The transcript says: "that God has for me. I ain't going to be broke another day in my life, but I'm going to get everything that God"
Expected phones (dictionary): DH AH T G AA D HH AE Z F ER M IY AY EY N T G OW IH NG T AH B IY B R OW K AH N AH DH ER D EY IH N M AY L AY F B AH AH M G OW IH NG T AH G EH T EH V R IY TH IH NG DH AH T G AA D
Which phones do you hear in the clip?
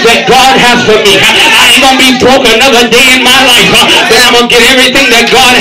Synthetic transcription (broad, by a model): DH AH T G AA D HH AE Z F ER M IY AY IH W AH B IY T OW AH N AH DH ER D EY IH N M AY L AY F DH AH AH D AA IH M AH G EH T EH V R IY TH IH NG DH AH T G AA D